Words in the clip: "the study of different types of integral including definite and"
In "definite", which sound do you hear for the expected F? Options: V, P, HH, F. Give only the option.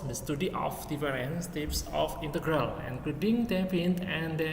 P